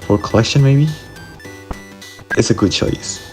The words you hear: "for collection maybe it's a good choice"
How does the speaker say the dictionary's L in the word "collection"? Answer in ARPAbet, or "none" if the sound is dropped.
L